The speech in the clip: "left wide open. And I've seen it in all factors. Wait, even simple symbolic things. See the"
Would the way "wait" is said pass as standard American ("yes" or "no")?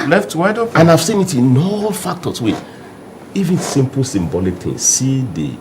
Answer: no